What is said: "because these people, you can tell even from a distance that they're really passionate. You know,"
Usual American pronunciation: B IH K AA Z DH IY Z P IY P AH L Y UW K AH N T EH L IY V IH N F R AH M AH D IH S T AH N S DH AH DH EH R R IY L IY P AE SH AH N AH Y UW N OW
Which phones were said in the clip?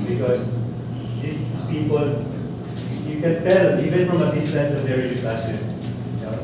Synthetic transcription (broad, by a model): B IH K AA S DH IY S P IY P AH L Y UW K AH N T EH L IY V IH N F R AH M AH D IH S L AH S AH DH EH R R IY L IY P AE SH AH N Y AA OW